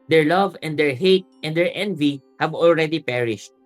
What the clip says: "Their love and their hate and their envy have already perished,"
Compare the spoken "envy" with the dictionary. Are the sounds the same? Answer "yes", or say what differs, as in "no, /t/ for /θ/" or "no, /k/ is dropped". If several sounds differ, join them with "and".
yes